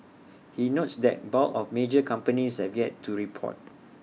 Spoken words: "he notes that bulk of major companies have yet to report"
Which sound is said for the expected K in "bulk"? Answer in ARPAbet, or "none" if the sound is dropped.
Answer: none